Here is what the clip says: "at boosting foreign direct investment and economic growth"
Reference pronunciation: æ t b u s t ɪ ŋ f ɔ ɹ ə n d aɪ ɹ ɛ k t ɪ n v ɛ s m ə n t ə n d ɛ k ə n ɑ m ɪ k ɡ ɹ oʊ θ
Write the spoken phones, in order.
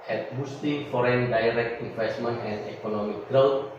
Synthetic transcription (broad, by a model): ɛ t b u s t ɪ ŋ f ɔ ɹ ə n d aɪ ɹ ɛ k t ɪ n v ɛ s m ə n t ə n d ɛ k ə n ɑ m ɪ k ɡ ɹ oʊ